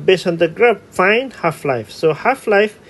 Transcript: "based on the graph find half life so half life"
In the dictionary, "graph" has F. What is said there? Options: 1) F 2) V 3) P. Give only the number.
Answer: 3